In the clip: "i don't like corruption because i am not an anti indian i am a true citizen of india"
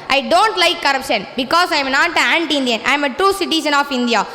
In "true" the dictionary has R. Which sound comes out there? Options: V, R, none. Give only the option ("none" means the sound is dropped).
R